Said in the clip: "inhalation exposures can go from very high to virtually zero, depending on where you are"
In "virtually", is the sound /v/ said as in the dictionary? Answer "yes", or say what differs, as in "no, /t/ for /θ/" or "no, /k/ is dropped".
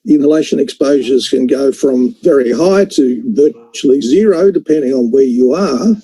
yes